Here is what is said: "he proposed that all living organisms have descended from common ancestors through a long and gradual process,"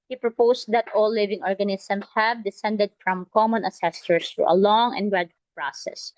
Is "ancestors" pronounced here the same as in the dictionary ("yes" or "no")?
no